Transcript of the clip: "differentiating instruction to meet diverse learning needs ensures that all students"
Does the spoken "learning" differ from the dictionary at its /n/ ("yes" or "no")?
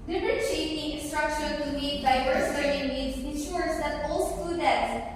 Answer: yes